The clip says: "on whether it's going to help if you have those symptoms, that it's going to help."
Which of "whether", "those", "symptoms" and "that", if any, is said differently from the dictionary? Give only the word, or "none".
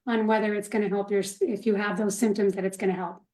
none